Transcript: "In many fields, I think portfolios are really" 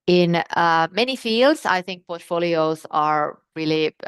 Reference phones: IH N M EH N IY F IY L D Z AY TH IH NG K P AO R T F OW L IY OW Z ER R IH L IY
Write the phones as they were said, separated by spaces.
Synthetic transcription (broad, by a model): IH N M EH N IY F IY L D Z AY TH IH NG K P AO R T F OW L IY OW Z ER R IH L IY